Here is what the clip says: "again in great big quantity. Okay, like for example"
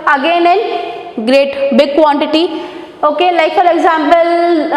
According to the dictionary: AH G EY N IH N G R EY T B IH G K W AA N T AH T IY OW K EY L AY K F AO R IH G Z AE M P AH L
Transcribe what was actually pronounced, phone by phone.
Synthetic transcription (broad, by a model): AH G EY N IH N G R EY T B IH G K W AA N T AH T IY OW K EY L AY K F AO L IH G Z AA M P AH L